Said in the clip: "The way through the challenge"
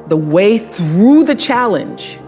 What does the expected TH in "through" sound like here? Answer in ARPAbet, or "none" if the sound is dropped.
TH